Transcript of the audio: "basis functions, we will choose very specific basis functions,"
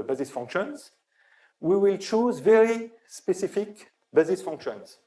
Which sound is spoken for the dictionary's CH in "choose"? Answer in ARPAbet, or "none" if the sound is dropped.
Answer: CH